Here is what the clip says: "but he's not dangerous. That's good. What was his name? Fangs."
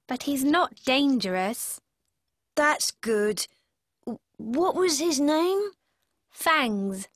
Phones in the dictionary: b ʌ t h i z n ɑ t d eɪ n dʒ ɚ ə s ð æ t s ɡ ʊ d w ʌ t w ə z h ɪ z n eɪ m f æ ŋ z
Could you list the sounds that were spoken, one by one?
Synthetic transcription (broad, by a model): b ʌ t h i z n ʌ t d eɪ n dʒ ɚ ə s ð æ t s ɡ ʊ d w ʌ t w ə z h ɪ z n eɪ m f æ ŋ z